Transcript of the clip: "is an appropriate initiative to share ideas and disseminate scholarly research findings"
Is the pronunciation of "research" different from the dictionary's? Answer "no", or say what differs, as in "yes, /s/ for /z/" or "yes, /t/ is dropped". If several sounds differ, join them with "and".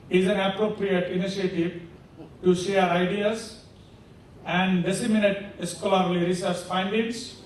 yes, /s/ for /tʃ/